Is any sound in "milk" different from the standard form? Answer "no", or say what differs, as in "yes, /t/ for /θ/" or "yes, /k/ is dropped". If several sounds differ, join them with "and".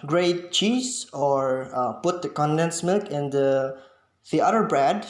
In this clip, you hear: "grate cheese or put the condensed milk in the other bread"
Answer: no